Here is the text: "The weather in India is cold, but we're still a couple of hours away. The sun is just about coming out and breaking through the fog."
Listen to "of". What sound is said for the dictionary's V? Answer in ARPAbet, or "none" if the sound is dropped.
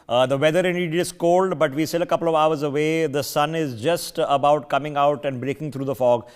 V